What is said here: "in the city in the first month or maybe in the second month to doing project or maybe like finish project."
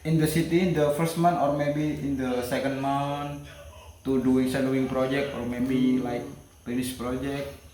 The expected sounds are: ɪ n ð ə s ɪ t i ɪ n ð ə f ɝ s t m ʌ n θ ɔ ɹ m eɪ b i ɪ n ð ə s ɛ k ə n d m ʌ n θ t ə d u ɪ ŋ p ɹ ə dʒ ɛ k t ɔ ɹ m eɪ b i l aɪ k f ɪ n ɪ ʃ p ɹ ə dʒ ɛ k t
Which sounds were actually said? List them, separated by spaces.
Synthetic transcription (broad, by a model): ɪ n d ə s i t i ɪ n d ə f ɝ s t m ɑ n t ɔ ɹ m eɪ b i ɪ n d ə s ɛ k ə n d m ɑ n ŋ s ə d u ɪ ŋ p ɹ ə dʒ ɛ k t ɔ ɹ m eɪ b i l aɪ k p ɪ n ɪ s p ɹ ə dʒ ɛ k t